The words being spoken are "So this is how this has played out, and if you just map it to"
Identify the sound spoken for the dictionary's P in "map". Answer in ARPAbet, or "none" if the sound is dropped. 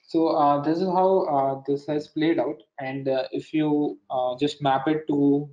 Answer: P